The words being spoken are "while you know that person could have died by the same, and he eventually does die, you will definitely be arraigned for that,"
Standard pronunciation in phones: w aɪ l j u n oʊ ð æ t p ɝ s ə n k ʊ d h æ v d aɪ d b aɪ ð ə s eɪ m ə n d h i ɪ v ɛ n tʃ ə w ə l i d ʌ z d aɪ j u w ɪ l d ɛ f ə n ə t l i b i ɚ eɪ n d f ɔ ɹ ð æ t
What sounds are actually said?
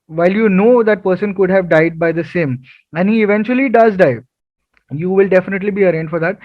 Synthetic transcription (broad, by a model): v aɪ l j u n oʊ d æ t p ɝ s ə n k ʊ d h æ v d aɪ d b aɪ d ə s eɪ m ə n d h i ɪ v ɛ n tʃ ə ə l i d ʌ z d aɪ j u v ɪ l d ɛ f ə n ə t l i b i ɚ eɪ n d f ɔ ɹ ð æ t